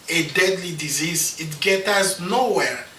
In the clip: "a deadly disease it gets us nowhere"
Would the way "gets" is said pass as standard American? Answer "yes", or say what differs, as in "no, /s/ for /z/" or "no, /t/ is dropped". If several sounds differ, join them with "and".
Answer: no, /s/ is dropped